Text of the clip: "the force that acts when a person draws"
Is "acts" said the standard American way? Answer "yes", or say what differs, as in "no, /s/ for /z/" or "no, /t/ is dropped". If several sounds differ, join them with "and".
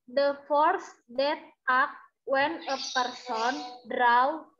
no, /s/ is dropped